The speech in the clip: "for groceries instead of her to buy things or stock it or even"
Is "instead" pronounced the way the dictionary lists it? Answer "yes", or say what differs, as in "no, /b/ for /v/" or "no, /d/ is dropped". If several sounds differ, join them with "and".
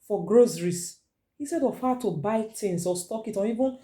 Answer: no, /n/ is dropped